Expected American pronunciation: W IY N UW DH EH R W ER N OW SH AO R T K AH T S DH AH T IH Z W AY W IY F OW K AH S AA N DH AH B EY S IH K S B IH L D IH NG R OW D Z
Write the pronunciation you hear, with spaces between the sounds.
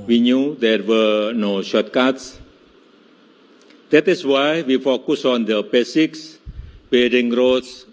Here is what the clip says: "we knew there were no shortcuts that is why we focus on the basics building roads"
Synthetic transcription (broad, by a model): W IY N UW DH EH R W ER N OW SH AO T K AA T S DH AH T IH S W AY W IY F OW K AH S AA N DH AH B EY S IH K S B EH D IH NG R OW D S